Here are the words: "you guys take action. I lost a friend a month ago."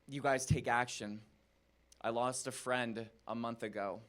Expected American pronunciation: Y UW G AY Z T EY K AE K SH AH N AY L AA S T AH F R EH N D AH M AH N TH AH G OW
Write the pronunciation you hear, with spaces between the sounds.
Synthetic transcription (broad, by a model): Y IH G AY Z T EY K AE K SH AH N AY L AA S T AH F R EH N D AH M AH N TH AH G OW